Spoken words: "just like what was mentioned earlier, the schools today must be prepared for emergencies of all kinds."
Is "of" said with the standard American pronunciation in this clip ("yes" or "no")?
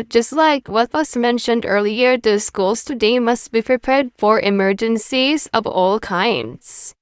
yes